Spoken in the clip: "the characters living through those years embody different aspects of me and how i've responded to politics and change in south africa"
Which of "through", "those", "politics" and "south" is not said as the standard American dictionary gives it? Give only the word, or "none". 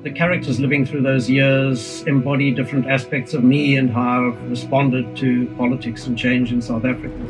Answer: none